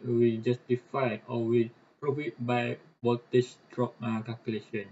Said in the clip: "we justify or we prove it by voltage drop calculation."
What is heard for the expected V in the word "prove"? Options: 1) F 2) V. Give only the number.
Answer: 1